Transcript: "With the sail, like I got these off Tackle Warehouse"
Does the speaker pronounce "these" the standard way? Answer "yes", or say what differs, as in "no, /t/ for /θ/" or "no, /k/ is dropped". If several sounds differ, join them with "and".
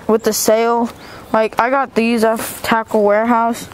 yes